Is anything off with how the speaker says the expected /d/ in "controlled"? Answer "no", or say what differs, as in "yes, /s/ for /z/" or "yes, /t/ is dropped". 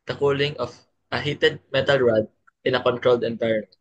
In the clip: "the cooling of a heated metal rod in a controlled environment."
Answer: no